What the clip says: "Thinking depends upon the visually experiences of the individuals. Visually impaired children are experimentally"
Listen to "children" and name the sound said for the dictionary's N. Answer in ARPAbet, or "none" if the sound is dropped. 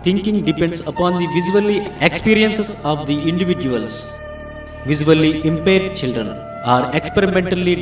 N